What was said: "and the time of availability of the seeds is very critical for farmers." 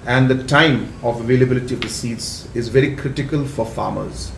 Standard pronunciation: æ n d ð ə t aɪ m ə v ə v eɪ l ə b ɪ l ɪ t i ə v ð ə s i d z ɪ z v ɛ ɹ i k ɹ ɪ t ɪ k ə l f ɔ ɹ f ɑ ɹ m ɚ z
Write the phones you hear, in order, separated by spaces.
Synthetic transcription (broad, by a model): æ n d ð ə t aɪ m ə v ə v eɪ l ə b ɪ l ɪ t i ə v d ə s i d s ɪ z v ɛ ɹ i k ɹ ɪ t ɪ k ə l f ɔ ɹ f ɑ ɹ m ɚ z